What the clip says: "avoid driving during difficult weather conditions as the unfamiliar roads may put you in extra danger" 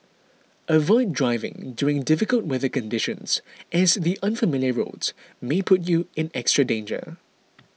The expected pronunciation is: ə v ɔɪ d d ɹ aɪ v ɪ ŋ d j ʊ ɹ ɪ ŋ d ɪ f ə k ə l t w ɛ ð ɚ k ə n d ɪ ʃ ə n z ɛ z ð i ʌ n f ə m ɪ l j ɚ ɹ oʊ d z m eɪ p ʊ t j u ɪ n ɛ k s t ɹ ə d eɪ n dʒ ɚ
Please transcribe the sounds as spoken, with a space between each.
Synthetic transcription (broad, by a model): ə v ɔɪ d d ɹ aɪ v ɪ ŋ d j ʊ ɹ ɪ ŋ d ɪ f ə k ə l t w ɛ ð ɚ k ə n d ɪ ʃ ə n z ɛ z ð i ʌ n f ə m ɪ l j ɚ ɹ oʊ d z m eɪ p ʊ t j u ɪ n ɛ k s t ɹ ə d eɪ n dʒ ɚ